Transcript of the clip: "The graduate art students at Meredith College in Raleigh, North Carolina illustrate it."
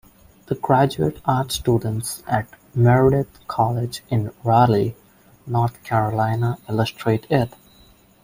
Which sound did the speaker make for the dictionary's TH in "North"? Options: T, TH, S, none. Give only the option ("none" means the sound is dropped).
T